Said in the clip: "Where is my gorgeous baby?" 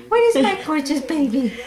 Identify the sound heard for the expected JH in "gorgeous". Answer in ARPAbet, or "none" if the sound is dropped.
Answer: CH